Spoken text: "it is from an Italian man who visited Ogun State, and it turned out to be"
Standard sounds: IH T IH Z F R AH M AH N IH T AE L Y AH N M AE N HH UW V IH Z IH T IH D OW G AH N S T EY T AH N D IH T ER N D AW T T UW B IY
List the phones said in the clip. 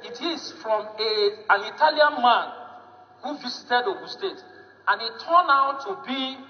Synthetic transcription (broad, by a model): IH T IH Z F R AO M AH N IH T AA L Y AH N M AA N HH UW V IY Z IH T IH D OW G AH S T EY T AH N IH T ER N AW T T UW B IY